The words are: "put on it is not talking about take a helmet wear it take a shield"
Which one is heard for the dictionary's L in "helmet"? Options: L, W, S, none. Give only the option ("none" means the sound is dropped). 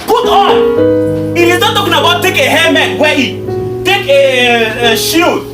none